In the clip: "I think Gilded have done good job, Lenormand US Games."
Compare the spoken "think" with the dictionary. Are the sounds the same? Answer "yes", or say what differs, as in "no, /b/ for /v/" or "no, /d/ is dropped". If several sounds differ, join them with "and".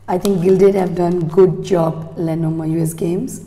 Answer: no, /t/ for /θ/